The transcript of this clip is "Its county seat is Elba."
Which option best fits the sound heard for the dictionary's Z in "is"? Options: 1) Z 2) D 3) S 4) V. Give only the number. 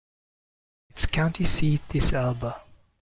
3